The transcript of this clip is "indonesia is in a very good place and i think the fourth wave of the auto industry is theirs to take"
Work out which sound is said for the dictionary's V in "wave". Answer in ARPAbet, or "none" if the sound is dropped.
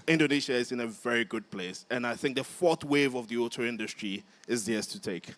V